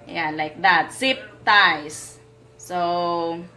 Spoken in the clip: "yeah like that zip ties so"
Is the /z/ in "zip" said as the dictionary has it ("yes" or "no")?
no